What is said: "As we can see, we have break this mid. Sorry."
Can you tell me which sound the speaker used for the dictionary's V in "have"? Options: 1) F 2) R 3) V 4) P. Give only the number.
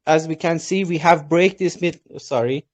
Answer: 3